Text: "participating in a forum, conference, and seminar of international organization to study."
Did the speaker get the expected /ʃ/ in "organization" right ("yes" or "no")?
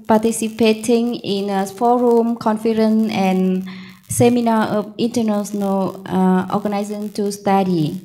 no